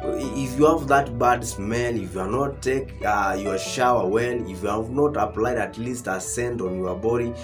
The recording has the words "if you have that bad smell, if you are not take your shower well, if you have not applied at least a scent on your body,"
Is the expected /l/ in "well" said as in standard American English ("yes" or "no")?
no